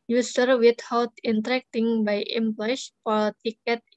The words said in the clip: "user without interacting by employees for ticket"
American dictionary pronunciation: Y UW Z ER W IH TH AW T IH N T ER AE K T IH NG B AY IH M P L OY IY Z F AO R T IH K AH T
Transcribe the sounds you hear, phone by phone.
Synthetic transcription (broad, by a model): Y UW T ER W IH T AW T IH N T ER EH K T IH NG B AY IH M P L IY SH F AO L T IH K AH T